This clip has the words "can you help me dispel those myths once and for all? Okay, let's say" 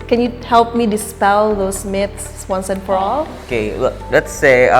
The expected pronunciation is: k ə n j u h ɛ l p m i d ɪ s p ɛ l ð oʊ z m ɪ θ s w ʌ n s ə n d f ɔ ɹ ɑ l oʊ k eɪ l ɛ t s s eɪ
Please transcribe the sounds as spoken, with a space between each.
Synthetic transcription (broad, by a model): k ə n j u h ɛ l p m i d ɪ s p ɛ l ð oʊ s m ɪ t s w ʌ n s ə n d f ɔ ɹ ɑ l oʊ k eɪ l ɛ t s s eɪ